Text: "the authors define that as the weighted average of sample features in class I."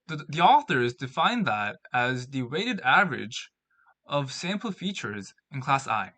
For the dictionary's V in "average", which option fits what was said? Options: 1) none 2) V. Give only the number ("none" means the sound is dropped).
2